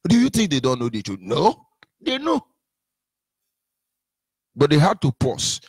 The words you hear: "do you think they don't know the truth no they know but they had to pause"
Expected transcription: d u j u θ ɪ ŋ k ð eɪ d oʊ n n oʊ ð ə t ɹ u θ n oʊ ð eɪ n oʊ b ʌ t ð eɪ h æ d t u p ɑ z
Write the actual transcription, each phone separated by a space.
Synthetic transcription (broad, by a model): d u j u θ ɪ ŋ k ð eɪ d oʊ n n oʊ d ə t u n oʊ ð eɪ n oʊ b ʌ t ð eɪ h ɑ d t u p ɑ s